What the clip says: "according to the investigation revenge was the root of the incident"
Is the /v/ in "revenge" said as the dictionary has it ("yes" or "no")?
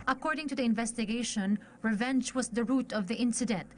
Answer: yes